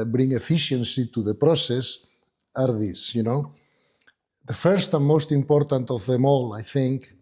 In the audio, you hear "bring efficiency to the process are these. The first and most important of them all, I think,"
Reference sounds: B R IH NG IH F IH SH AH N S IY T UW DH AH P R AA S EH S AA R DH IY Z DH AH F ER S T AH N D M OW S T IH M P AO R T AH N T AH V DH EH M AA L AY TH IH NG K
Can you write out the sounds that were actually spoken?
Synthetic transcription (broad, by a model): B R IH NG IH F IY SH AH N S IY T UW DH AH P R AA S EH S AA R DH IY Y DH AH F ER S T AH N M OW S T IH M P AO R T AH N T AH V DH EH M AA L AY TH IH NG K